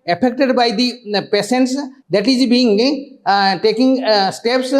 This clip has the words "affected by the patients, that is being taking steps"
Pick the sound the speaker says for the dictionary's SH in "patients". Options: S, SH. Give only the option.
S